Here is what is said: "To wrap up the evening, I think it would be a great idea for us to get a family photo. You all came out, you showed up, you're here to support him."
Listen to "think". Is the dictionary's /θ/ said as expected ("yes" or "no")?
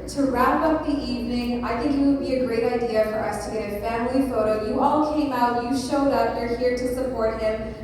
yes